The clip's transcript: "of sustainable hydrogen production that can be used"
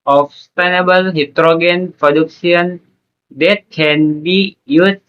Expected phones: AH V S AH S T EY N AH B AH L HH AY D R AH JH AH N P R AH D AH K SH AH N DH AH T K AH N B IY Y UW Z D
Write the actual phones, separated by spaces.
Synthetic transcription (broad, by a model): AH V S S T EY N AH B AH L HH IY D R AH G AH N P R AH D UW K S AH N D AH T K AH N B IY Y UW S